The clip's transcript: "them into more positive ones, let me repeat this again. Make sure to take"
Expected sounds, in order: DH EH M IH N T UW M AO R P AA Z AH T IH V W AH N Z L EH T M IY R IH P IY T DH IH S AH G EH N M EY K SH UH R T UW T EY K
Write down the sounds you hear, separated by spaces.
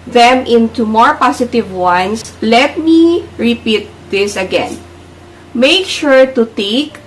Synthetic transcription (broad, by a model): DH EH M IH N T UW M AO R P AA S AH T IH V W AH N S L EH T M IY R IH P IY T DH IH S AH G EH N M EY K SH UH R T UW T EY K